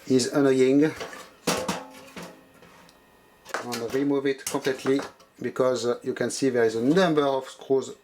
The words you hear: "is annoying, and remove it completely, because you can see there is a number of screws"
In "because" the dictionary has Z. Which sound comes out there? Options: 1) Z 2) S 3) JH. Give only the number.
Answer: 1